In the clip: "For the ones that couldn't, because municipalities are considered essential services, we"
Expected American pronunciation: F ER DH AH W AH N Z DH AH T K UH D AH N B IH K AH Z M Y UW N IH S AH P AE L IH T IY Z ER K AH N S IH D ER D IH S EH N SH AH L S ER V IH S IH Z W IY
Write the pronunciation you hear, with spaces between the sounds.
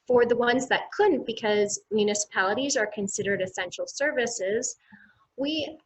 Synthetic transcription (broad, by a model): F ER DH AH W AH N Z DH AH T K UH D N B IH K AH Z M Y UW N IH S AH P AE L IH T IY Z ER K AH N S IH D ER D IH S EH N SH L S ER V IH S IH Z W IY